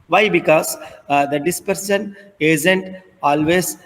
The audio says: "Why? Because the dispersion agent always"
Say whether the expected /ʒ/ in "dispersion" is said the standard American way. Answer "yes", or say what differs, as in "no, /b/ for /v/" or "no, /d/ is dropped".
no, /s/ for /ʒ/